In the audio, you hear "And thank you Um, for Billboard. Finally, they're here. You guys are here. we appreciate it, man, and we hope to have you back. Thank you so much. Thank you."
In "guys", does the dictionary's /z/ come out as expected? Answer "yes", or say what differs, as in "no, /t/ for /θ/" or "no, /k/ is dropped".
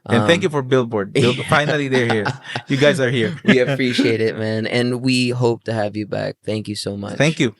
yes